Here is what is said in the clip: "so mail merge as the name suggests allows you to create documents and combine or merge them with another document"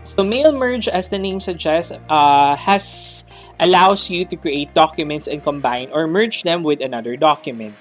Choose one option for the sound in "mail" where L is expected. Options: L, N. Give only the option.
L